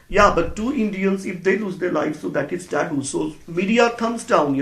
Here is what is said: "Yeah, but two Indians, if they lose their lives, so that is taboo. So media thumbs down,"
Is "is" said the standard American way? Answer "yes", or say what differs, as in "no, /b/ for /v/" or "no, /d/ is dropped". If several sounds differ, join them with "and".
no, /s/ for /z/